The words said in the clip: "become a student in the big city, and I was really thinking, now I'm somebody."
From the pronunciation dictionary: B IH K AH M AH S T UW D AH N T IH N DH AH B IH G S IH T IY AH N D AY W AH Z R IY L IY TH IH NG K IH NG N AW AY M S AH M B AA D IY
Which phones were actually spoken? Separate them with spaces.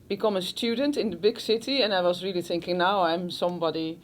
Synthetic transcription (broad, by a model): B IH K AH M AH S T UW D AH N T IH N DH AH B IH G S IH T IY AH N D AY W AH Z R IY L IY TH IH NG K IH NG N AW AY M S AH M B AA D IY